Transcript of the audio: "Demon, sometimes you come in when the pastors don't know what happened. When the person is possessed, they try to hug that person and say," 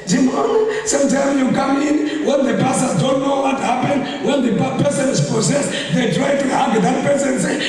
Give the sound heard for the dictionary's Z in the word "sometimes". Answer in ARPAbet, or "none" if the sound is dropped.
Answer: none